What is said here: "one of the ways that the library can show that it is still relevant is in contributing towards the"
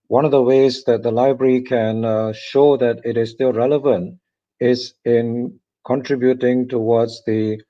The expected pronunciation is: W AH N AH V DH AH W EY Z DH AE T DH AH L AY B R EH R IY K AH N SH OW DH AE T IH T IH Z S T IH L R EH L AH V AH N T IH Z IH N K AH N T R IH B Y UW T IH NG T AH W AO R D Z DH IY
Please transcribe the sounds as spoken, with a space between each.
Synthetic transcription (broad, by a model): W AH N AH V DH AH W EY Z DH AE T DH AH L AY B R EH R IY K AH N SH OW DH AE T IH T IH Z S T IH L R EH L AH V AH N T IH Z IH N K AH N T R IH B Y UW T IH NG T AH W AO D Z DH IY